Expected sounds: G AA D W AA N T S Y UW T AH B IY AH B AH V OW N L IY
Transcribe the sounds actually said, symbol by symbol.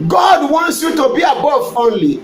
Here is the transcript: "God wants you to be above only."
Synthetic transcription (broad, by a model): G AA D W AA N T S Y UW T AH B IY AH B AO F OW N L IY